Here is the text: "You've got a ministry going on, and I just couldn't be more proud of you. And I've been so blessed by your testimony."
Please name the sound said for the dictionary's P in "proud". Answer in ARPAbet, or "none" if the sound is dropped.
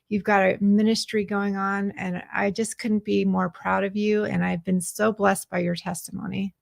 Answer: P